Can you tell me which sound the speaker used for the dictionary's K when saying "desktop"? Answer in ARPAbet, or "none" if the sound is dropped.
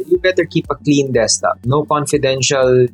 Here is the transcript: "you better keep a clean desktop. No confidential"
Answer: none